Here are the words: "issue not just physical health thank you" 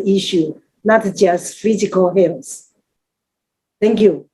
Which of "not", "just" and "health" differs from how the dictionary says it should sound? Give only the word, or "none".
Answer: health